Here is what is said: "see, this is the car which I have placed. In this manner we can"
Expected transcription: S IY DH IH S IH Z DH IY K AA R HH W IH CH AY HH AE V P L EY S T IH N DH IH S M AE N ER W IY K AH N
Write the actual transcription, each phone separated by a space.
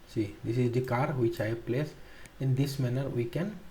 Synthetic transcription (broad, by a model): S IY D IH S IH Z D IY K AA R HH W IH CH AY P L EY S IH N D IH S M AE N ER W IY K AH N